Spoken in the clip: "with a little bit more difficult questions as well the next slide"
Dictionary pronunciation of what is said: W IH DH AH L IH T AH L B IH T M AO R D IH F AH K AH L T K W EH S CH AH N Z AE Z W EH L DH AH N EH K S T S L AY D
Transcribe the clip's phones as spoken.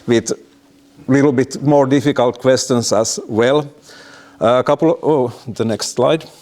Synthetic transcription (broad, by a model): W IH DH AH L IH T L B IH T M AO R D IH F AH K AH L T K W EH S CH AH N S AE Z W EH L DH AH N EH K S T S L AY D